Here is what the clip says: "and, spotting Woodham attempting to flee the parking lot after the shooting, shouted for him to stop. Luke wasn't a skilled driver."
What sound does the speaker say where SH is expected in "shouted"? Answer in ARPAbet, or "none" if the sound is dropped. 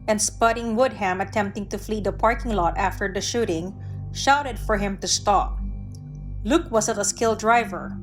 SH